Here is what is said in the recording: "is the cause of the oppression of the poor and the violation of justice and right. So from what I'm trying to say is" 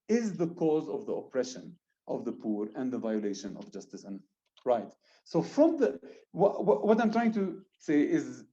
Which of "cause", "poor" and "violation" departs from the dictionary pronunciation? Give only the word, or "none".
none